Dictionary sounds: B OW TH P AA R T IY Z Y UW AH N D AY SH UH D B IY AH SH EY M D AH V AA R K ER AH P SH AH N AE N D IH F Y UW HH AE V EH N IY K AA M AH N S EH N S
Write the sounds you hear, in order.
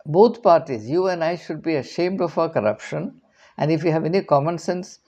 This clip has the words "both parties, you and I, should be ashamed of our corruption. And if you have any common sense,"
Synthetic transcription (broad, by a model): B OW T P AA R T IY Z Y UW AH N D AY SH UH D B IY AH SH EY M D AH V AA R K ER AH P SH AH N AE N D IH F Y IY HH AE V EH N IY K AA M AH N S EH N S